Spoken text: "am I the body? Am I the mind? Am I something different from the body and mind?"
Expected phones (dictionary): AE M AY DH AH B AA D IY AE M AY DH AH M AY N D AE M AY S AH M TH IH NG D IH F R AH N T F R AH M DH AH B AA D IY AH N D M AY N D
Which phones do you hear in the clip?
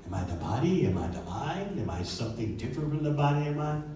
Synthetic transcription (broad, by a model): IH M AY DH AH B AA D IY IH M AY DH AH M AY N IH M AY S AH M TH IH NG D IH F R AH N T F R AH M DH AH B AA D IY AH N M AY